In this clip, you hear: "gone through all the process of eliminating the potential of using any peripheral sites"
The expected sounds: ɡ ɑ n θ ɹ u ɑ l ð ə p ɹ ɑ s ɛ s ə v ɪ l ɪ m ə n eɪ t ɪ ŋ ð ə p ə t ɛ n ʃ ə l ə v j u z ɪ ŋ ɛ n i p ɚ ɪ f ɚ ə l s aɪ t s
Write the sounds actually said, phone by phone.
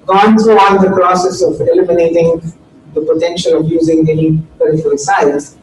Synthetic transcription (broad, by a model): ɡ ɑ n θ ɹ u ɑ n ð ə p ɹ ɑ s ɛ s ə v ɪ l ɪ m ə n eɪ t ɪ ŋ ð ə p ə t ɛ n ʃ ə l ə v j u z ɪ ŋ ɛ n i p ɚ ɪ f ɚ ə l s aɪ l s